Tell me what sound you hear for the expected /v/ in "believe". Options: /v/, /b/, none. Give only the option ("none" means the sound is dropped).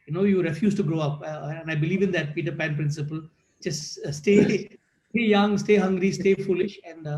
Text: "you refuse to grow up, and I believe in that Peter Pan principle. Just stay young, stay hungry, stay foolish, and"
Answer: /v/